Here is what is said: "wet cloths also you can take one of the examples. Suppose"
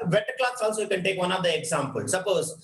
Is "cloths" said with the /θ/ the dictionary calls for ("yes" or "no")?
no